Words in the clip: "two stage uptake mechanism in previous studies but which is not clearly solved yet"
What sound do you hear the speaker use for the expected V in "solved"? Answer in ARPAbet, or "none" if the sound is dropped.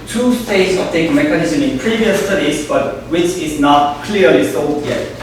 none